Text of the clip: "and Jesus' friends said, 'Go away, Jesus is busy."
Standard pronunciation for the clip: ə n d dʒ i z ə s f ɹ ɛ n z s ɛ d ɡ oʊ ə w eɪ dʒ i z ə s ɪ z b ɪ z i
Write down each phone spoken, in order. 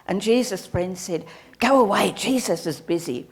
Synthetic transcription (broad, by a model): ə n dʒ i z ə s p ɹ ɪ n s ɛ d ɡ oʊ ə w eɪ dʒ i z ə s ɪ z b ɪ z i